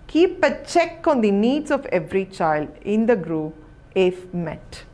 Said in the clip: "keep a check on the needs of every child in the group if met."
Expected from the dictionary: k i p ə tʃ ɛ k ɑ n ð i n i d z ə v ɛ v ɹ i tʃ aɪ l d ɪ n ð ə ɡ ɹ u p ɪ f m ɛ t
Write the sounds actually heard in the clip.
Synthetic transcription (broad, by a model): k i p ə tʃ ɛ k ɑ n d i n i d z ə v ɛ v ɹ i tʃ aɪ l d ɪ n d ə ɡ ɹ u ɪ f m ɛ t